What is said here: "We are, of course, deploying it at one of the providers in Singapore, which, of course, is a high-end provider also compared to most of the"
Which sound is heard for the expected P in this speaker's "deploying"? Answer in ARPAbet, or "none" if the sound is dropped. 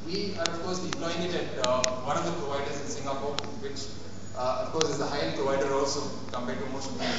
none